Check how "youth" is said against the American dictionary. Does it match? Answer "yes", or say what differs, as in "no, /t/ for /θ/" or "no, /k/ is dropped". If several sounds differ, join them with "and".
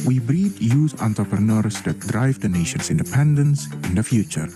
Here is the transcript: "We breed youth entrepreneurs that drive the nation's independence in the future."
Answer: no, /s/ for /θ/